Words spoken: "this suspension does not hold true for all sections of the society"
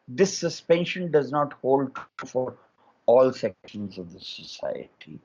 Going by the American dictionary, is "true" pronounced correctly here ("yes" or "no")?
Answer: no